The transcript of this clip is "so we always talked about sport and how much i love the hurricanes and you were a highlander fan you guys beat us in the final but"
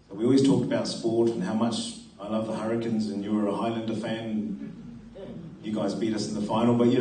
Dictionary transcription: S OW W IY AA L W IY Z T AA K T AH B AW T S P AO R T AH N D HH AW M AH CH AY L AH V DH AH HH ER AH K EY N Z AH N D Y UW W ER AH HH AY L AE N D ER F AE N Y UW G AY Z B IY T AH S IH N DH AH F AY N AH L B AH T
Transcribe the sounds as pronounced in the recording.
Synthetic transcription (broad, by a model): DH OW W IY AA L W IY Z T AA K T AH B AW T S P AO R T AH N HH AW M AH CH AY L AH V DH AH HH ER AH K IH N Z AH N Y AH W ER AH HH AY L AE N D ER F AE N Y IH G AY Z B IY T AH S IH N DH AH F AY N L B AH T